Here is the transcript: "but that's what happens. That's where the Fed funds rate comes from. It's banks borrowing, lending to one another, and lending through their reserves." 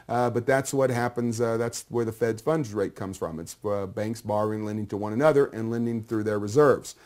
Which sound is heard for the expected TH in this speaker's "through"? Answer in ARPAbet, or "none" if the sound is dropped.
TH